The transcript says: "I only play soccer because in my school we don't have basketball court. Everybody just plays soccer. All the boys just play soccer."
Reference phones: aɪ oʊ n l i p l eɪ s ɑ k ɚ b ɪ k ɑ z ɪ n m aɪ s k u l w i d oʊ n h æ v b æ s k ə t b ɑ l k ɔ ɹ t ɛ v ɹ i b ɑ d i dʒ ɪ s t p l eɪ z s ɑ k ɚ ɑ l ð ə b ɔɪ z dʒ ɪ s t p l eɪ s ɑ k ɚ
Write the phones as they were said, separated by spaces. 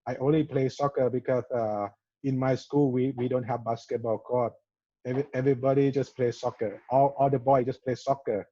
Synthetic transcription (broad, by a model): aɪ oʊ n l i p l eɪ s ɑ k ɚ b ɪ k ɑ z ɪ n m aɪ s k u l w i d oʊ n h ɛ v b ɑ s k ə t b ɑ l k ɔ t ɛ v ɹ i b ɑ d i dʒ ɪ s p l eɪ s ɑ k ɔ ɑ l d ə b ɔɪ dʒ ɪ s p l eɪ s ɑ k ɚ